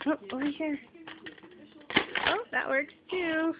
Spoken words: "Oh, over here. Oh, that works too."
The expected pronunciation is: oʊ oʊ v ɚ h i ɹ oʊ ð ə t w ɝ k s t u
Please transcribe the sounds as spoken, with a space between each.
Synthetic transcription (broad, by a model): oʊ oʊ w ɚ h i ɹ oʊ ð ə t w ɝ k s t u